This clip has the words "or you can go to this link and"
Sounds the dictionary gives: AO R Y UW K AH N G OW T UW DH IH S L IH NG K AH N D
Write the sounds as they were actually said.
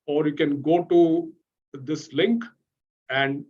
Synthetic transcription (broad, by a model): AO R Y UW K AH N G OW T UW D IH S L IH NG K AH N D